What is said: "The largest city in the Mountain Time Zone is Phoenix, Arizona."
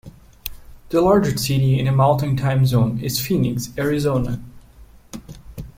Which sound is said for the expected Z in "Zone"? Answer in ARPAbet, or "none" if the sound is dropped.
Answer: Z